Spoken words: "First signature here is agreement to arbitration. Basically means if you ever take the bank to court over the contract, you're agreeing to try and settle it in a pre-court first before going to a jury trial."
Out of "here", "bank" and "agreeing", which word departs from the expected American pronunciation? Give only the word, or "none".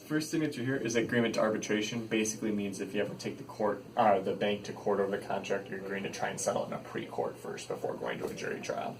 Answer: agreeing